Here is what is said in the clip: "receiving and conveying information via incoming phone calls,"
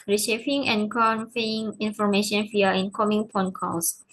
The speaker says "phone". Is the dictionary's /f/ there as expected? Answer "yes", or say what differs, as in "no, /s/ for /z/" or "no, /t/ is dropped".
no, /p/ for /f/